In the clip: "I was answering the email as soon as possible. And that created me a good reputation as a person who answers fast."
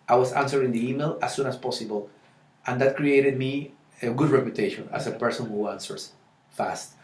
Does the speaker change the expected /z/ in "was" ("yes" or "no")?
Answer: yes